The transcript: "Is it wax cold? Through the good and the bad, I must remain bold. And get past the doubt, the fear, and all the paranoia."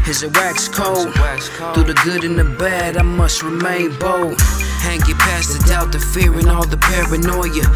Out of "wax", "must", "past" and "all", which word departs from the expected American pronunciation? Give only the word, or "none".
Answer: none